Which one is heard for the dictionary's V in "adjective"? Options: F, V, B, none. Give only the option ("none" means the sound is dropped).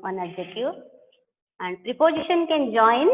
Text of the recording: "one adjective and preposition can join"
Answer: none